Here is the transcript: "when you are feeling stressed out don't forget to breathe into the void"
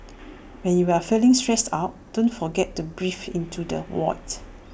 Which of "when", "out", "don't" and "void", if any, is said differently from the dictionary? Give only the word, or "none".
void